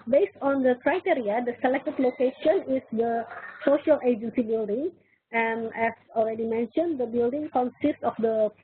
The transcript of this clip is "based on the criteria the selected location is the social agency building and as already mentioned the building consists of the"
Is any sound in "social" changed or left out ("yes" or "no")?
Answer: no